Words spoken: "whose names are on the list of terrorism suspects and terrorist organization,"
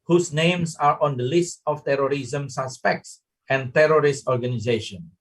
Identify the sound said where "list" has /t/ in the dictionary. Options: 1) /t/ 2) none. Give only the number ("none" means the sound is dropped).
1